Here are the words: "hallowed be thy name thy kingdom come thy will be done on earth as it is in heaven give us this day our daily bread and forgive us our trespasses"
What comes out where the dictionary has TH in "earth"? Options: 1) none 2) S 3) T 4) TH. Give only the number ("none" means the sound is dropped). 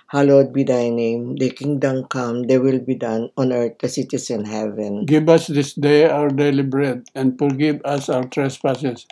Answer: 3